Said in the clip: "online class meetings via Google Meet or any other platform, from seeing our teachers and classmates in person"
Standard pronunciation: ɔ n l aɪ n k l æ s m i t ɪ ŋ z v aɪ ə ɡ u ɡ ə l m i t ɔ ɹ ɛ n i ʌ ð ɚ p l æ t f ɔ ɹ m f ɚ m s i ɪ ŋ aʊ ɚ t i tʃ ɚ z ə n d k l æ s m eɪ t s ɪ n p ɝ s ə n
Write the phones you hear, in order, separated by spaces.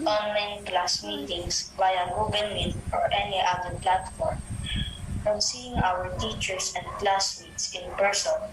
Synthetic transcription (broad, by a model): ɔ n l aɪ n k l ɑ s m i t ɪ ŋ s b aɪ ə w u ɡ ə n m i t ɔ ɹ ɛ n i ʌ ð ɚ p l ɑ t f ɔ ɹ m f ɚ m s i ɪ ŋ aʊ ɚ t i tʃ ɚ s ə n d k l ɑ s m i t s ɪ n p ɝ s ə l